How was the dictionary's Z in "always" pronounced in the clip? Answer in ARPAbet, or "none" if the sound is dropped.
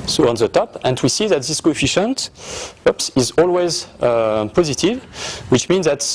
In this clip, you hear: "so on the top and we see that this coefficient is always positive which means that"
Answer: Z